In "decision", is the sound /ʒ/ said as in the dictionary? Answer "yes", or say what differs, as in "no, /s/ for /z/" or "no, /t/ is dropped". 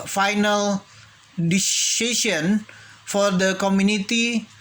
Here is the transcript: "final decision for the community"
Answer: no, /s/ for /ʒ/